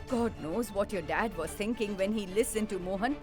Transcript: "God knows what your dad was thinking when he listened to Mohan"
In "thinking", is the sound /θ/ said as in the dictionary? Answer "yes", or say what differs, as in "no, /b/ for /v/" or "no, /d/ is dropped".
no, /t/ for /θ/